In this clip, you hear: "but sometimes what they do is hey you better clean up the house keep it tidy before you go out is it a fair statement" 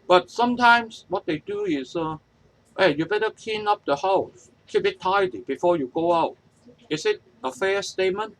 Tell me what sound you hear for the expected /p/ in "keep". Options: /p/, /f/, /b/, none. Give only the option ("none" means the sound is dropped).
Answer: /b/